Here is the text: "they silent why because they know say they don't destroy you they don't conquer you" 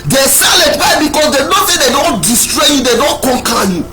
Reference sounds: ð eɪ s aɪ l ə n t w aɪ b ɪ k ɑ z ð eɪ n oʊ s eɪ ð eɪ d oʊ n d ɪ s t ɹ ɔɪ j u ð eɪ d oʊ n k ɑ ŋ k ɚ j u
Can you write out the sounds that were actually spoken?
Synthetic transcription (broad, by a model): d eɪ s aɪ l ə t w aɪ b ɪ k ɑ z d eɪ n oʊ θ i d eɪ d oʊ n d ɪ s t ɹ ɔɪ j u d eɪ d oʊ n k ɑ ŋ k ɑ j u